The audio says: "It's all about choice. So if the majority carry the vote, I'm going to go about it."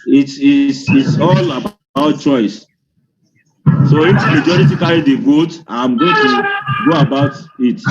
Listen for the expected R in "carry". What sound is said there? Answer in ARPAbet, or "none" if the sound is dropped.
L